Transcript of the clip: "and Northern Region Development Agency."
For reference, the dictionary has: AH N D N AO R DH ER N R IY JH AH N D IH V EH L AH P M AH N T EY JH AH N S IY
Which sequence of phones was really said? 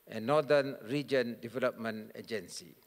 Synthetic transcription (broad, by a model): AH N N AO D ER N R IY JH AH N D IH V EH L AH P M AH N EY JH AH N S IY